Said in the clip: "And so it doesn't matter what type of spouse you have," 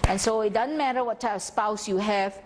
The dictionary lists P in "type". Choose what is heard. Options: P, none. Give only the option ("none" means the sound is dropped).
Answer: none